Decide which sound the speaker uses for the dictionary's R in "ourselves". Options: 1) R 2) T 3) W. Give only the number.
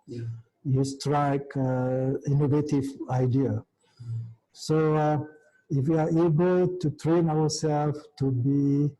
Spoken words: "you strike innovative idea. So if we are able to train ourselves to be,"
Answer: 3